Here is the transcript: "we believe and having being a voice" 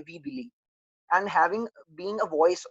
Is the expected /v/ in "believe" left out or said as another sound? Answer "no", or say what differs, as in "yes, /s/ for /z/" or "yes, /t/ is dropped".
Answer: yes, /v/ is dropped